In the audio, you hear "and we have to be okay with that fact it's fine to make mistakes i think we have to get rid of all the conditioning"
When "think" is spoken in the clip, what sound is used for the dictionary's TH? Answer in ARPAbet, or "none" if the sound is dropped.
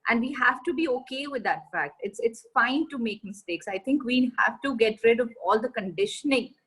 T